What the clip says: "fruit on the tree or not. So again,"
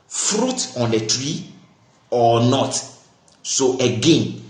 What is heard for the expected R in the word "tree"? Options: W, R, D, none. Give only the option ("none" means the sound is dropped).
R